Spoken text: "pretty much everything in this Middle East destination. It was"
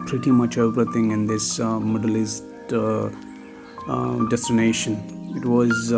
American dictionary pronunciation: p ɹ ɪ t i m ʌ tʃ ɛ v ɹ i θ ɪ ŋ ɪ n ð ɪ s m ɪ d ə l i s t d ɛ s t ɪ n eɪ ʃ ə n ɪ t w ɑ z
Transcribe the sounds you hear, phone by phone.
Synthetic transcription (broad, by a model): p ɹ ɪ t i m ʌ tʃ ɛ p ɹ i t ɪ ŋ ɪ n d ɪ s m ɪ d ə l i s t d ɛ s t ɪ n eɪ ʃ ə n ɪ t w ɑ z